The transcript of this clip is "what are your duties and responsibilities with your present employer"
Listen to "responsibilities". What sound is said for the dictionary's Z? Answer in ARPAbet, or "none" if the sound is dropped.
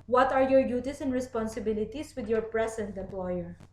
S